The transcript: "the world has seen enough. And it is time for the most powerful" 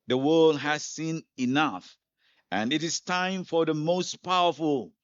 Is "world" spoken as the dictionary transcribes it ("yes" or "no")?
yes